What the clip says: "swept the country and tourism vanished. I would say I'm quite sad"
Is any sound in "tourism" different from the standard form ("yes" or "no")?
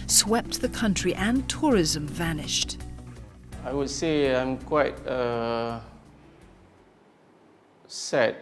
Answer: no